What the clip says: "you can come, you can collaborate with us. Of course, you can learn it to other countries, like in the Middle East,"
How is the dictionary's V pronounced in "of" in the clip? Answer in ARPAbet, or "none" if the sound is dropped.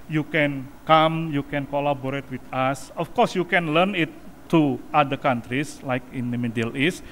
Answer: F